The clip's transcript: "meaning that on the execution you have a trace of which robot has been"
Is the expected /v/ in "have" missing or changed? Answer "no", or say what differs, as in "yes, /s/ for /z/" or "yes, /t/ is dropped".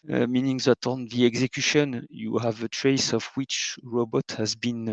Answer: no